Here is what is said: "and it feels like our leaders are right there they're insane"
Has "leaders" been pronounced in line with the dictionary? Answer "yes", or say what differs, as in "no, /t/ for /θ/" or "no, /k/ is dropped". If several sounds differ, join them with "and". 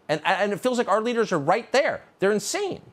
yes